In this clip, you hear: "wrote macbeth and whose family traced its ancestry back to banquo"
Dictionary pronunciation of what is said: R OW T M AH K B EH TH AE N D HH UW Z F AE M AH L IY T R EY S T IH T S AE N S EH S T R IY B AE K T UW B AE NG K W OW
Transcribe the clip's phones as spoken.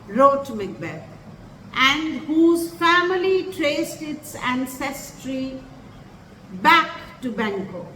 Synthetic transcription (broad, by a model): R OW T M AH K B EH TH AE N D HH UW Z F AE M AH L IY T R EY S T IH T S AE N S EH S T R IY B AE K T UW B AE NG K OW